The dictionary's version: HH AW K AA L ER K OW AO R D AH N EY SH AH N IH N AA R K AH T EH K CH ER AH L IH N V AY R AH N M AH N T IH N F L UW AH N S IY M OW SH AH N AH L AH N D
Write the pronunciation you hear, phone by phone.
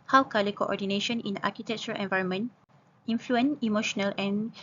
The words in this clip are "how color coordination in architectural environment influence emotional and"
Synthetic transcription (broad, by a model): HH AW K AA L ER K OW AO D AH N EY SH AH N IH N AA K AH T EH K CH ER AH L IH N V AY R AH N M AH N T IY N F L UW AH N IY M OW SH AH N AH L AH N